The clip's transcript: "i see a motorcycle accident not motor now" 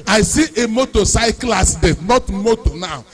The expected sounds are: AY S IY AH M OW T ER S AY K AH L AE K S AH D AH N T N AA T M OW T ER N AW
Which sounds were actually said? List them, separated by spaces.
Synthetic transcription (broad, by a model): AY S IY AH M OW T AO S AY K L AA S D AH T N AA T M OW T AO N AW